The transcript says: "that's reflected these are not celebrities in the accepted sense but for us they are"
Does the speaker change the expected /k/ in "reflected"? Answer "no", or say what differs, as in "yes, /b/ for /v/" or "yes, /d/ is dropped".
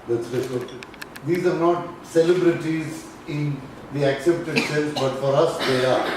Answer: yes, /k/ is dropped